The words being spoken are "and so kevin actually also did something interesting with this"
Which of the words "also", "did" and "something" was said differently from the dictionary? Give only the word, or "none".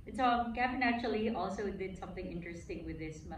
none